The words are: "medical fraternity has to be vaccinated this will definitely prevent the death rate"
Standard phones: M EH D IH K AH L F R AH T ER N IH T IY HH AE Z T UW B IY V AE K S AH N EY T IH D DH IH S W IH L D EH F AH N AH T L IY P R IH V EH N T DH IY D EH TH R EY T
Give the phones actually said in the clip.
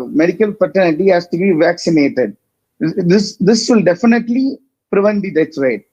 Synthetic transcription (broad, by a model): M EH D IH K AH L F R T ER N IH T IY HH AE S T UW B IY V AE K S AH N EY T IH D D IH S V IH L D EH F AH N AH T L IY P R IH V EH N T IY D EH S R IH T